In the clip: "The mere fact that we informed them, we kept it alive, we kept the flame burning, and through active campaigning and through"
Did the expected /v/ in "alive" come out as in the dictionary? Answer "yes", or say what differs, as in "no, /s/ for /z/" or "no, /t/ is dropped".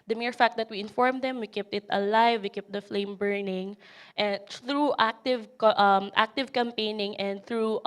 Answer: yes